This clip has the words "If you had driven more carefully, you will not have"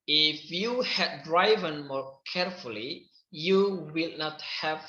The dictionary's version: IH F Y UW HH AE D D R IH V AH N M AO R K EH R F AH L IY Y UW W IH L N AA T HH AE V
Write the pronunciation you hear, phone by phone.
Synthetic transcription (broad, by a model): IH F Y UW HH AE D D R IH V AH N M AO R K EH R F AH L IY Y UW W IH L N AA T HH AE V